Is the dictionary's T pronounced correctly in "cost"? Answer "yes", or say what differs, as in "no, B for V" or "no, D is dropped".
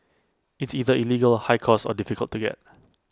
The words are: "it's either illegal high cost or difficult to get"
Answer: no, T is dropped